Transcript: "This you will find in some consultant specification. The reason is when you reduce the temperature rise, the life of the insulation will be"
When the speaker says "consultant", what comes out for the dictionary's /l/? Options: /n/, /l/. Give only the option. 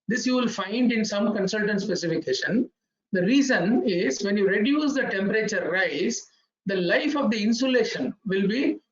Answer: /l/